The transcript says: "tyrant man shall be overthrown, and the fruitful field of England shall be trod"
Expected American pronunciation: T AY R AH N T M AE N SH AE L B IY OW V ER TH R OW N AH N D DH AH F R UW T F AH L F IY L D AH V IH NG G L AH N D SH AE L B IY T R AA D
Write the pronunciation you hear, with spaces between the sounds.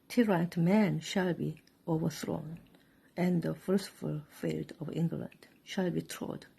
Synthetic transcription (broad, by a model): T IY R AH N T M AE N SH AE L B IY OW V ER TH R OW N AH N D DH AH F L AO S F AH L F IY L D AH V IH NG G L AH N D SH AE L B IY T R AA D